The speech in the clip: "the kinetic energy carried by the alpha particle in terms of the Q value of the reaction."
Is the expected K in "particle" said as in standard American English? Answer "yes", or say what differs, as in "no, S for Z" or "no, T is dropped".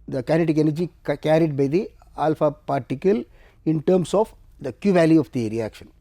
yes